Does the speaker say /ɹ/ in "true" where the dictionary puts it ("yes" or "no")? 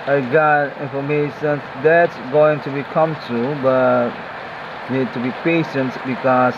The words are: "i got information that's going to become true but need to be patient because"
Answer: no